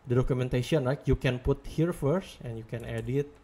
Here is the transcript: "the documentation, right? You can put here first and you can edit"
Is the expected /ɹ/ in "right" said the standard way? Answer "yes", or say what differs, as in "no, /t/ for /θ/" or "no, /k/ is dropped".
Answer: no, /l/ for /ɹ/